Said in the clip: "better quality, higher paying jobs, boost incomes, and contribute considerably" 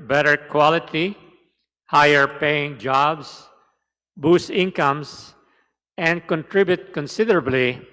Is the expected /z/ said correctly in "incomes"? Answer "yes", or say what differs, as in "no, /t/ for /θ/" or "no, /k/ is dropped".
no, /s/ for /z/